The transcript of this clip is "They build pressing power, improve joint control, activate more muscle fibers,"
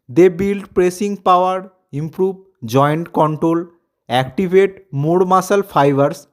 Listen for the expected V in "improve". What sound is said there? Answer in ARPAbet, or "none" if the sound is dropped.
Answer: B